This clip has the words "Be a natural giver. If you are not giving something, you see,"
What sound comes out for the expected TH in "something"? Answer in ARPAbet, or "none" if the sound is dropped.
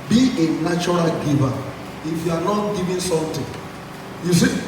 T